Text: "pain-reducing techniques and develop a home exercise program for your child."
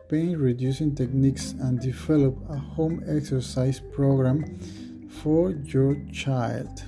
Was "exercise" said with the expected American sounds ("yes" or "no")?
no